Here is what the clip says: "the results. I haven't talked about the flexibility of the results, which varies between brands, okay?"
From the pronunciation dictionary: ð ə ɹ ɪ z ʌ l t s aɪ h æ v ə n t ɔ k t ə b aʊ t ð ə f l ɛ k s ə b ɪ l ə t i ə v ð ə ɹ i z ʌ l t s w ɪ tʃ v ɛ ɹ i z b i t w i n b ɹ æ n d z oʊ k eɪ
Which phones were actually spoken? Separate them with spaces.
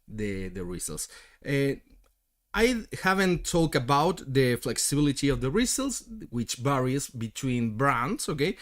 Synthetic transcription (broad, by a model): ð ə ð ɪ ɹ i l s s aɪ h æ v ə n t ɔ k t ə b aʊ t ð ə f l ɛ k s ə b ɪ l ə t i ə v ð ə ɹ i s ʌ l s w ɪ tʃ b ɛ ɹ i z b i t w i n b ɹ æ n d s oʊ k eɪ